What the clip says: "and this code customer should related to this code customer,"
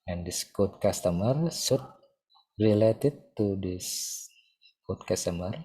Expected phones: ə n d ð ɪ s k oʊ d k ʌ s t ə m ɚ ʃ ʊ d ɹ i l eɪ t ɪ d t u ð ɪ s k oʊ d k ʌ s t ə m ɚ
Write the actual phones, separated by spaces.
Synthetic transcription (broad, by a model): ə n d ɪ s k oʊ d k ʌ s t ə m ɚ s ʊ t ɹ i l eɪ t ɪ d t u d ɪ s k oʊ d k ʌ s t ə m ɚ